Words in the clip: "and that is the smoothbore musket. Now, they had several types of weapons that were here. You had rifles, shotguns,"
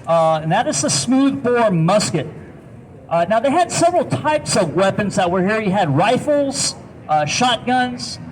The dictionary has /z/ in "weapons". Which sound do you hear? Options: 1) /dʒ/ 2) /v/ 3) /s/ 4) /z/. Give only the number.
4